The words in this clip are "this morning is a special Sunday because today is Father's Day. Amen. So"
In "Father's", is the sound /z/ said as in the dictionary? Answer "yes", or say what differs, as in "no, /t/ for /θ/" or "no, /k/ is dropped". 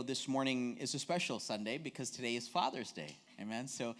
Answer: yes